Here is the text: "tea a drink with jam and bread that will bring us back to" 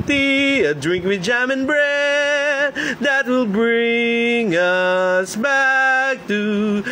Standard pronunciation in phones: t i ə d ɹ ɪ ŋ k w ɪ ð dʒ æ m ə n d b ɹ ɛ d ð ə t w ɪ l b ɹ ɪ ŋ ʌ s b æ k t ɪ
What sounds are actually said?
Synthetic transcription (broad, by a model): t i ə d ɹ ɪ ŋ k w ɪ ð dʒ æ m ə n b ɹ ɛ d ð ə t w ɪ l b ɹ ɪ ŋ ʌ s b æ k t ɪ